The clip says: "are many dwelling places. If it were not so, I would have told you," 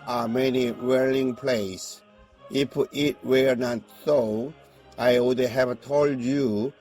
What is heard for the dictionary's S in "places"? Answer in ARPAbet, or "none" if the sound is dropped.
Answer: none